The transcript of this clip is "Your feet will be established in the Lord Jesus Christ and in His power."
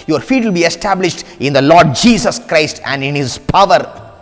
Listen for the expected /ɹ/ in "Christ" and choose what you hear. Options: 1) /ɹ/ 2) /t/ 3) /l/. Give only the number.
1